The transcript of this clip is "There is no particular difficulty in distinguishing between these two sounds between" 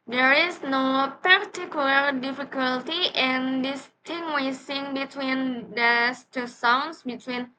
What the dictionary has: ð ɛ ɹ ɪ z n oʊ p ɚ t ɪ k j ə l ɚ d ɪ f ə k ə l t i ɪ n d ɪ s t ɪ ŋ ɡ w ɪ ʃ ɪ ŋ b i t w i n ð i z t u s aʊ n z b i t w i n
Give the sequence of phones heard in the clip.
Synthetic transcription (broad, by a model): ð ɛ ɹ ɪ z n oʊ p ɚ t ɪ k j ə l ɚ d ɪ f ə k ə l t i ɪ n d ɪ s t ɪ ŋ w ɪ s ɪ ŋ b i t w i n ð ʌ s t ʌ s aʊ n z b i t w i n